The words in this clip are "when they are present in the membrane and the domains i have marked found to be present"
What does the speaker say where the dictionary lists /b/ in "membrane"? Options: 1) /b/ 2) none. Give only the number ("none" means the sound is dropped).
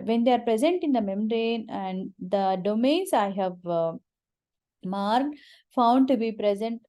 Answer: 2